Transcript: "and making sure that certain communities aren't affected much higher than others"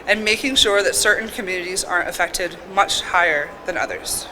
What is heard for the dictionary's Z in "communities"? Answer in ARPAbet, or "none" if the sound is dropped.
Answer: Z